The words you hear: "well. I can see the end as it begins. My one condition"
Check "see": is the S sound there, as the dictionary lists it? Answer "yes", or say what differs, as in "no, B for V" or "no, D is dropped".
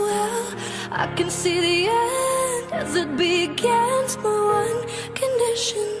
yes